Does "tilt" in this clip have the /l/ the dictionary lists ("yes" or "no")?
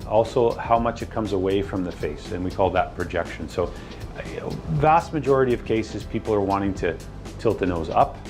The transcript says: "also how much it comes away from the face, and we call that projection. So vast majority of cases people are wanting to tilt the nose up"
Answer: yes